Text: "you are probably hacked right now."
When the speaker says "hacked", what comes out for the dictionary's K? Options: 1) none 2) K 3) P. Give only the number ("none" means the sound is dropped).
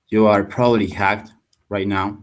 2